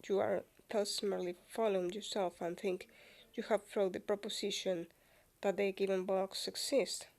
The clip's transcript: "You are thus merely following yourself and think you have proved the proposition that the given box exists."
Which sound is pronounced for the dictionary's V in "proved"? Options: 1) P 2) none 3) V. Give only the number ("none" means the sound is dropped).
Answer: 2